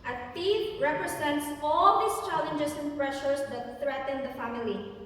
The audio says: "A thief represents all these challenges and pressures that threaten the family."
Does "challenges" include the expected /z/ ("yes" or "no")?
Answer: no